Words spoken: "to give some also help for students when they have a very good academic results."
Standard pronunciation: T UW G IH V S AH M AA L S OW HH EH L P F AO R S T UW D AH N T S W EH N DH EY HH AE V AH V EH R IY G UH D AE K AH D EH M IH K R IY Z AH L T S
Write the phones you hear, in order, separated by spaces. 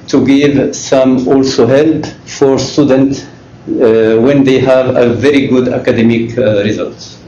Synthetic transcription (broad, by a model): T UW G IH V S AH M AA L S OW HH EH L P F AO R S T UW D AH N T S W EH N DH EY HH AE V AH V EH R IY G UH D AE K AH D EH M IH K R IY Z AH L T S